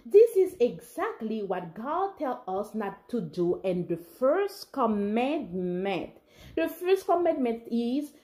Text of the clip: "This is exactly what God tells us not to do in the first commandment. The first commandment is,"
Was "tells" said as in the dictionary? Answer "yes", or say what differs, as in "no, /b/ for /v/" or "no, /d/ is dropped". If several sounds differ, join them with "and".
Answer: no, /z/ is dropped